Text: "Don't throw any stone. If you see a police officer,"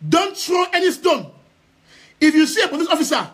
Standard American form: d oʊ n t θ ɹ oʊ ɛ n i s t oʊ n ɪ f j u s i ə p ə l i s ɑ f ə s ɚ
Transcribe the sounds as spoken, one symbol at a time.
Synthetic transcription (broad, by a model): d oʊ n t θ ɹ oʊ ɛ n i s t oʊ n ɪ f j u s i ə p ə n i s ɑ f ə s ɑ